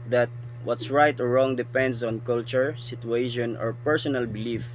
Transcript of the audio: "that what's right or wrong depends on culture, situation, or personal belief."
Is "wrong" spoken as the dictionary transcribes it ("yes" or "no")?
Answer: yes